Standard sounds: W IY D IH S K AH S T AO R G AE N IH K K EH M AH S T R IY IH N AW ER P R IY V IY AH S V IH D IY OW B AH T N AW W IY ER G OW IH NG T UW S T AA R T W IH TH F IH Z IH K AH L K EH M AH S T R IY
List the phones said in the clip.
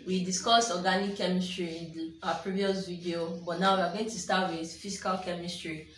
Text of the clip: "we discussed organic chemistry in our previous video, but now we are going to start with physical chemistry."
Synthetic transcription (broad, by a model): W IY D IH S K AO S AO G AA N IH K K EH M AH S T R IY IH N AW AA P R IY V IY AH S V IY D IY OW B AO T N AW W IY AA G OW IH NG T UW S T AA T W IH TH F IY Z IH K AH L K EH M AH S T R IY